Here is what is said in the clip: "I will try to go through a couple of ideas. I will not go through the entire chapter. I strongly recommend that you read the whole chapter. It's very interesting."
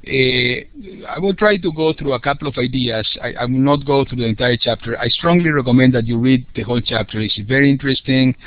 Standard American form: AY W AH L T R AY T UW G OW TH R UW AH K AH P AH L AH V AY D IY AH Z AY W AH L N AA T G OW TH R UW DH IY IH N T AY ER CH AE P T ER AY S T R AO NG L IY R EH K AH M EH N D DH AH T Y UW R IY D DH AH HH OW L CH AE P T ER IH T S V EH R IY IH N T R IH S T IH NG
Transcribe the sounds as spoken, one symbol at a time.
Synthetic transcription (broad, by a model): AY W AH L T R AY T UW G OW TH R UW AH K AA P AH L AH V AY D IY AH S AY W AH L N AA T G OW TH R UW DH IY IH N T AY ER CH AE P T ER AY S T R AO NG L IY R EH K AH M EH N D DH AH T Y UW R IY D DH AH HH OW L CH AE P T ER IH S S V EH R IY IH N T R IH S T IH NG